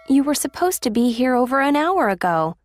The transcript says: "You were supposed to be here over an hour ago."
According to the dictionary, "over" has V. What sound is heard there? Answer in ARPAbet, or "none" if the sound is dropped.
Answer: V